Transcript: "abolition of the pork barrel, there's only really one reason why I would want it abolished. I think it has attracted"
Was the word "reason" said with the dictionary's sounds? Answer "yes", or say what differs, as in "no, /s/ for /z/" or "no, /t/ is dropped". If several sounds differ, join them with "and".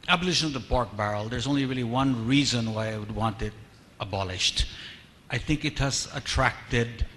yes